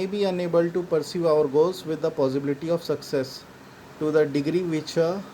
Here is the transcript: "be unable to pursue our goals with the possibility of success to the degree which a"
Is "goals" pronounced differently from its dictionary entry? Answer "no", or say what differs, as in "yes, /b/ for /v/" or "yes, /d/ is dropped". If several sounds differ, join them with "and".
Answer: yes, /l/ is dropped